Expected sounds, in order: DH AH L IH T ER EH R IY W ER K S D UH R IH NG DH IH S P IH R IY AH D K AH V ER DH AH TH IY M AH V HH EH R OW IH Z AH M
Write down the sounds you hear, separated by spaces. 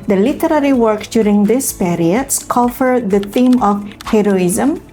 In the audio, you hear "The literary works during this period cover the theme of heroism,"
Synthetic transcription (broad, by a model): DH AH L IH T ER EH R IY W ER K D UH R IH NG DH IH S P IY R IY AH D K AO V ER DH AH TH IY M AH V HH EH R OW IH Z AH M